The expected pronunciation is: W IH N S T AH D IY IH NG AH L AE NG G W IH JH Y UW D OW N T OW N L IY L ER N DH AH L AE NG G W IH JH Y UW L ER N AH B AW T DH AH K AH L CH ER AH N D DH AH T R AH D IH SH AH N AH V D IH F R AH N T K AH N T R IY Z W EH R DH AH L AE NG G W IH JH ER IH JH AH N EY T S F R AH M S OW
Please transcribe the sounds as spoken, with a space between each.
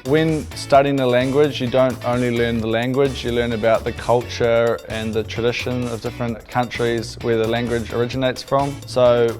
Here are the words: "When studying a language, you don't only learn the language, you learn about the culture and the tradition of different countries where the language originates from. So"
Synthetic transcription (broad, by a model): W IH N S T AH D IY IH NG AH L AE NG G W IH JH Y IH D OW N T OW N L IY L ER N DH AH L AE NG G W IH JH Y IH L ER N AH B AW T DH AH K AH L CH ER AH N DH AH T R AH D IH SH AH N AH V D IH F R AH N K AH N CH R IY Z W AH R DH AH L AE NG G W IH JH ER IH JH AH N EY T S F R AH M S OW